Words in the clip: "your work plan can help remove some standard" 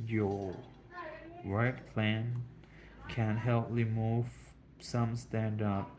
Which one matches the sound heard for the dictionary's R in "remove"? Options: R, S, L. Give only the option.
L